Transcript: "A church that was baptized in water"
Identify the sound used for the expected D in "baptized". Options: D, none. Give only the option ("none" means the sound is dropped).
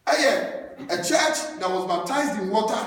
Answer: D